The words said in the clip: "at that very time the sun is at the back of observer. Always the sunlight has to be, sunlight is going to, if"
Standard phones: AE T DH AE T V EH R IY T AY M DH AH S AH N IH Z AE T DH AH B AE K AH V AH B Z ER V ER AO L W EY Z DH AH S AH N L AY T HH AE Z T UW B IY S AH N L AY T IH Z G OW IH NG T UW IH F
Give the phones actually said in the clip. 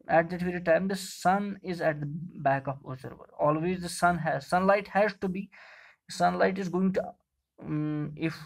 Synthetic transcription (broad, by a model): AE T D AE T V EH R IY T AY M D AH S AH N IH Z AE T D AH B AE K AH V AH Z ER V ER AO L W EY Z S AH S AH N L AY T HH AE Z T UW B IY S AH N L AY T IH Z G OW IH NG T UW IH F